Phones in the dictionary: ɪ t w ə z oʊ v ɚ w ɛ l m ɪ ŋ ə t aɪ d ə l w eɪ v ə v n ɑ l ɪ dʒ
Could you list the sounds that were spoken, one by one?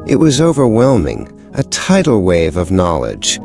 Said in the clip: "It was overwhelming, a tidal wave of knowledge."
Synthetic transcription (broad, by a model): ɪ t w ə z oʊ v ɚ w ɛ l m ɪ ŋ ə t aɪ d l w eɪ v ə v n ɑ l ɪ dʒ